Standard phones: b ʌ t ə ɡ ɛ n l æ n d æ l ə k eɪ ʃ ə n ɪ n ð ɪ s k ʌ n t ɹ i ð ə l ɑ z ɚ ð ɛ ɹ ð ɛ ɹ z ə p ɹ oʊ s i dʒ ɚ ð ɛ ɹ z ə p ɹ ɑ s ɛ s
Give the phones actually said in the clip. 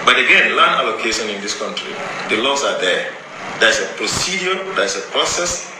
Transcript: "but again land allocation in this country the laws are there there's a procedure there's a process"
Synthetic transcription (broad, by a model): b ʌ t ə ɡ ɛ n l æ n æ l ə k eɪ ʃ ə n ɪ n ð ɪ s k ʌ n t ɹ i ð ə l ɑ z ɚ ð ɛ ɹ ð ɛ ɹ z ə p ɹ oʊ s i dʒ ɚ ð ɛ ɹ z ə p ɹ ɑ s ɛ s